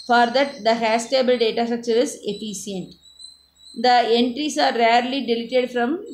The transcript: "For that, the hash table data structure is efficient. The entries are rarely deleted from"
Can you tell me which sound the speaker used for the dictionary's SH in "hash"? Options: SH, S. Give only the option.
S